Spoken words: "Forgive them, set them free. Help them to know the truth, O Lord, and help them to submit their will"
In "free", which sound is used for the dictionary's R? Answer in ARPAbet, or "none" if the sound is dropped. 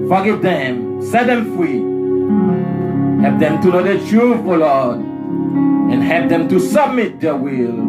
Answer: R